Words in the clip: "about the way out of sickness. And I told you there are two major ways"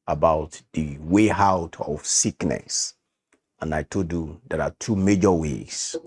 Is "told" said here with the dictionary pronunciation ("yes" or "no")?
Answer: no